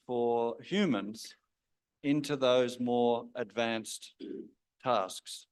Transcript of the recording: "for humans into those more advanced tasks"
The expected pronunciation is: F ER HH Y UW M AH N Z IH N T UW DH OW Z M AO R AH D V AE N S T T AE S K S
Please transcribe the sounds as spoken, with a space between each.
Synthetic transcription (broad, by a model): F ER HH Y UW M AH N Z IH N T UW DH OW Z M AO R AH D V AE N S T T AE S K S